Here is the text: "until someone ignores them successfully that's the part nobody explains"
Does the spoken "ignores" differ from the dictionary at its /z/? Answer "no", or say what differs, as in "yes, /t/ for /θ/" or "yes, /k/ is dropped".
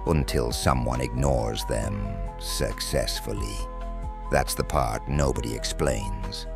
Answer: no